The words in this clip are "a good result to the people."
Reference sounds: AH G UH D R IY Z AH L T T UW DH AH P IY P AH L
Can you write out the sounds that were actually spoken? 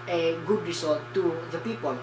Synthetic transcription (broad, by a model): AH G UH D R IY S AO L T T UW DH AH P IY P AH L